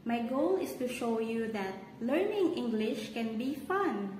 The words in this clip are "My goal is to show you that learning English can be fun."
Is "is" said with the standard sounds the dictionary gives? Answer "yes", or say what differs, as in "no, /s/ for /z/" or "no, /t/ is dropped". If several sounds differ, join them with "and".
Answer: no, /s/ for /z/